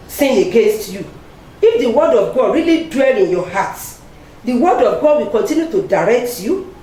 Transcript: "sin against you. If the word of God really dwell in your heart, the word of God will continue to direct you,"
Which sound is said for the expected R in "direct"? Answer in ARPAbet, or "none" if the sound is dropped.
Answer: R